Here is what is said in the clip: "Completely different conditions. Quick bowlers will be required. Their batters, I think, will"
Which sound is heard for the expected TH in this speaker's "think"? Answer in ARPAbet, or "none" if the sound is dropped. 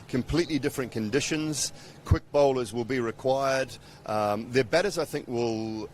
TH